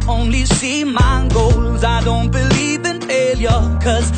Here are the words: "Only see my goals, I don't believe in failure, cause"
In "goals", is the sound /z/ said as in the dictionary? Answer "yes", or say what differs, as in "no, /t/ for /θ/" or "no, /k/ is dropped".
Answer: yes